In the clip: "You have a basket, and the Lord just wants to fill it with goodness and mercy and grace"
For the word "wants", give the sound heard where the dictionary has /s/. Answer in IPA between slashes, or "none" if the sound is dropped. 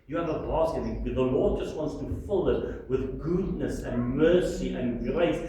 /s/